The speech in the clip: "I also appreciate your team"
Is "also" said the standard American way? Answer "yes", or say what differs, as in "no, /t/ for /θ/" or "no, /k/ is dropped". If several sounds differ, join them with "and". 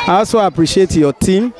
no, /l/ is dropped